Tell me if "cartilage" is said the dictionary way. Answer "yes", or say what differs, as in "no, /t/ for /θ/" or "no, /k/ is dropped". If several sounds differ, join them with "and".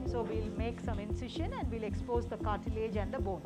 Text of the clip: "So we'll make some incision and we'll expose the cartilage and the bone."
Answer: yes